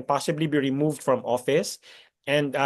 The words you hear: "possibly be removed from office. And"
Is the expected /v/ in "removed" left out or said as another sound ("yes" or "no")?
no